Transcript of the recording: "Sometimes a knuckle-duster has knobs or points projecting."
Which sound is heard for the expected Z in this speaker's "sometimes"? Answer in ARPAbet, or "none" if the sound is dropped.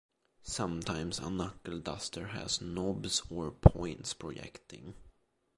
S